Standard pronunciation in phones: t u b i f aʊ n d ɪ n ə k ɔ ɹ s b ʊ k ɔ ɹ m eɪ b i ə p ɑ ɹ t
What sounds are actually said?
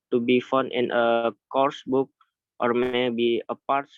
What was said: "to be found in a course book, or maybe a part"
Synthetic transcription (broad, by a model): t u b i f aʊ n ɪ n ə k ɔ ɹ s b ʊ k ɔ ɹ m eɪ b i ə p ɑ ɹ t